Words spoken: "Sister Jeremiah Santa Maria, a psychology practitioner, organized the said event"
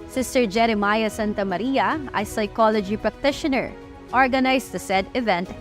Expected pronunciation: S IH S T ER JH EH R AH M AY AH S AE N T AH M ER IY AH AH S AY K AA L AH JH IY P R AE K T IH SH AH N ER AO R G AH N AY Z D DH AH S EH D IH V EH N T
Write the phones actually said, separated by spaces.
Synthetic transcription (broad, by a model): S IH S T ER JH EH R AH M AY AH S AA N T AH M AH IY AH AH S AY K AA L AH JH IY P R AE K T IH SH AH N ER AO R G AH N AY S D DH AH S EH D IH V EH N T